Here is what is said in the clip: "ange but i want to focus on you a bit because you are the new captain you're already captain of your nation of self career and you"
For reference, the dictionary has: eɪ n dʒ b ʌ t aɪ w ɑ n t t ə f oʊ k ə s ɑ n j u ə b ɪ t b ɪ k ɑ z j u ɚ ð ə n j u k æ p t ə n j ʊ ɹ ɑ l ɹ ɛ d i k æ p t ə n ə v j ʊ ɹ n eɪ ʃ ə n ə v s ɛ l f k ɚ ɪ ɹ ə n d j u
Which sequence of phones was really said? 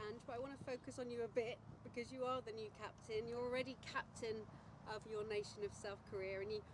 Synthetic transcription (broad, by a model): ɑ n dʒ b ʌ t aɪ w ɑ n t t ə f oʊ k ə s n j ə b ɪ t b ɪ k ɑ z j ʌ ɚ ð ə n j u k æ p t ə n j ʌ ɹ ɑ l ɹ ɛ d i k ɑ p t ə n ə v j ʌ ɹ n eɪ ʃ ə n ə v s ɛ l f k ɚ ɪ ɹ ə n j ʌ